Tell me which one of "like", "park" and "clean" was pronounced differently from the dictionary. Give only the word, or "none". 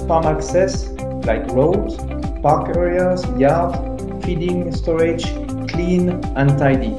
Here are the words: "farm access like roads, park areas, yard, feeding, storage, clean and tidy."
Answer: none